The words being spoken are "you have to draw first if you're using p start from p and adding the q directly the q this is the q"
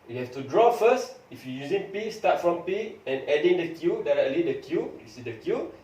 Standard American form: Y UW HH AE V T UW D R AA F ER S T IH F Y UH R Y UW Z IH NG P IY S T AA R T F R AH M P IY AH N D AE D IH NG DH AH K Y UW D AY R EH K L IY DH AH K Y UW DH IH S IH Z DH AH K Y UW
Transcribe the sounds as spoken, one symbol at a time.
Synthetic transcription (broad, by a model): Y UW HH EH F T UW D R AA F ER S T IH F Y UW Y UW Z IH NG P IY S T AA T F R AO M P IY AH N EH D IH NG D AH K Y UW D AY R EH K L IY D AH K Y UW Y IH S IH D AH K Y UW